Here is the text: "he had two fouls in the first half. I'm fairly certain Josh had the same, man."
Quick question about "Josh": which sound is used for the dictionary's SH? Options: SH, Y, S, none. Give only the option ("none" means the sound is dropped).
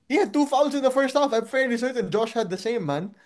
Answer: SH